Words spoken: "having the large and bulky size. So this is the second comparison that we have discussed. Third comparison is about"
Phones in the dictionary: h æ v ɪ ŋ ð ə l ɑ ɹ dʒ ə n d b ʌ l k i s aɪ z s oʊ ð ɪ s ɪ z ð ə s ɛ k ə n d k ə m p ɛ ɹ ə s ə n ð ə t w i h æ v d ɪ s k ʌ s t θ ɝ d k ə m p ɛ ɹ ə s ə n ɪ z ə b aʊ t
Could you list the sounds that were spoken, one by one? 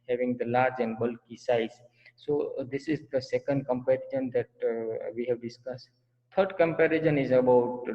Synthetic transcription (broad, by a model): h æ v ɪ ŋ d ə l ɑ ɹ dʒ ə n d b ʌ l k i s aɪ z s oʊ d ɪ s ɪ z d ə s ɛ k ə n d k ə m p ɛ ɹ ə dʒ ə n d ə t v i h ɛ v d ɪ s k ʌ s t t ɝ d k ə m p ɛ ɹ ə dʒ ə n ɪ z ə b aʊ t